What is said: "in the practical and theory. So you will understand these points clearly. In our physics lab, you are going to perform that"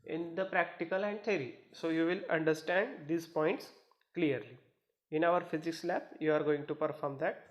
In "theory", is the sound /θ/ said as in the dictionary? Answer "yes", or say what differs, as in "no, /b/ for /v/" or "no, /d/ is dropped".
no, /t/ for /θ/